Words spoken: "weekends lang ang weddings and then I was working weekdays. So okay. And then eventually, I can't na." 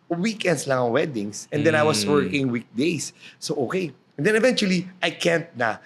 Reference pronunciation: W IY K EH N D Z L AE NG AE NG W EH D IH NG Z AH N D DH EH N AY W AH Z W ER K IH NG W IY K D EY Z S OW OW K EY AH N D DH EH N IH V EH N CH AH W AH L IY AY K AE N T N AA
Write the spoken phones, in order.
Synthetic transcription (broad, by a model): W IY K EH N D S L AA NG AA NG W EH D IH NG S AH N D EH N AY W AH S W ER K IH NG W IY K D EY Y S OW OW K EY AH N D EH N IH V EH N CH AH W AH L IY AY K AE N T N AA